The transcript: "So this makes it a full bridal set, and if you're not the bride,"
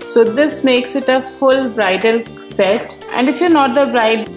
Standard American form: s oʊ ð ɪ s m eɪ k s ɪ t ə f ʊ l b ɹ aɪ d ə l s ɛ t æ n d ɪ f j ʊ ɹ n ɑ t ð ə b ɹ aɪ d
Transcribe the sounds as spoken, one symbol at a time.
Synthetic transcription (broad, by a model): s oʊ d ɪ s m eɪ k s ɪ t ə f ʊ l b ɹ aɪ d ə l s ɛ t æ n d ɪ f j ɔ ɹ n ɑ t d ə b ɹ aɪ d